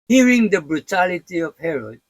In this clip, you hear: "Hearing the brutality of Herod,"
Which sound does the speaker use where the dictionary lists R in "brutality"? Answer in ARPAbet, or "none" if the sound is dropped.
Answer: R